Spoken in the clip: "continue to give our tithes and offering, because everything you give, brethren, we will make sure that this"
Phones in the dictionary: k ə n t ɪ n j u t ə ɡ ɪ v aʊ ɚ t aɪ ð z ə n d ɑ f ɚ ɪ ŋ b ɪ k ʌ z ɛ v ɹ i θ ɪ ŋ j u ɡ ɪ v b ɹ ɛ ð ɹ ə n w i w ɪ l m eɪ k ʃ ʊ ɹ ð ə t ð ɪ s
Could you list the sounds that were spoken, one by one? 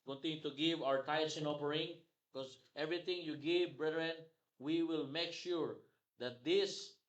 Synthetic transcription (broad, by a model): k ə n t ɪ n j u t ə ɡ ɪ v aʊ ɚ t aɪ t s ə n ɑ p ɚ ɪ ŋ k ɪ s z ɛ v ɹ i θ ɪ ŋ j u ɡ ɪ v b ɹ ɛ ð ɹ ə n w i w ɪ l m eɪ k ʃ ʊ ɹ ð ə t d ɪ s